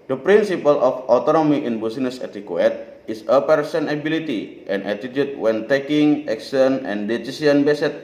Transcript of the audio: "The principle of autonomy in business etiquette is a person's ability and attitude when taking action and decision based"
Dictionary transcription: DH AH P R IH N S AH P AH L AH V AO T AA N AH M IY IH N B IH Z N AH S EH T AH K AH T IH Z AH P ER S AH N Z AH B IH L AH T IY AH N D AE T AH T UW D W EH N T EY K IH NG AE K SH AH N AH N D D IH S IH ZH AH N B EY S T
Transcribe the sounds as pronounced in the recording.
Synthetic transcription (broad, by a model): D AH P R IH N S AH P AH L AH F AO T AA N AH M IY IH N B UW S N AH S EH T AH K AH T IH S AH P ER S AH N AH B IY L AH T IY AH N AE T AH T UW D W EH N T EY K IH NG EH K S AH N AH N D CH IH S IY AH N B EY S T